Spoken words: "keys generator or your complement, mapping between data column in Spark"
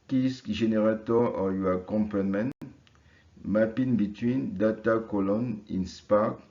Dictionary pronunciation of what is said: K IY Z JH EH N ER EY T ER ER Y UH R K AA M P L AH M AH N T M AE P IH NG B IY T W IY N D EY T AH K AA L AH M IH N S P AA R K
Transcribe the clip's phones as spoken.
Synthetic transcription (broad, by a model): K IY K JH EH N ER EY T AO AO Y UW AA K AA M P AH M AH N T M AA P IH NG B IY T W IY N D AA T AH K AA L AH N IH N S P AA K